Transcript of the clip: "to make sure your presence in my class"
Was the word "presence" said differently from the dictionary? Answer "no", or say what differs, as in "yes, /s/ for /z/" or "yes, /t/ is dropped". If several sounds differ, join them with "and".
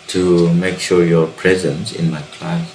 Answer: no